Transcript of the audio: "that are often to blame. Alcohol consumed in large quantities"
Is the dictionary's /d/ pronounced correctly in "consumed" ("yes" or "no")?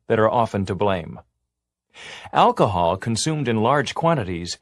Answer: yes